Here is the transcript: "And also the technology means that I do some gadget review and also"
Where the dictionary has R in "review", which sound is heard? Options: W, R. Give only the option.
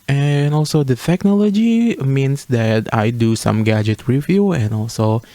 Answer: W